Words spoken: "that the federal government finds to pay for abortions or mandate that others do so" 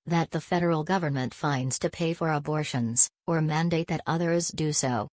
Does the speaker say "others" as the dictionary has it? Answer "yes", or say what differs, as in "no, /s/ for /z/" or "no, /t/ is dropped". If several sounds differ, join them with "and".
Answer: yes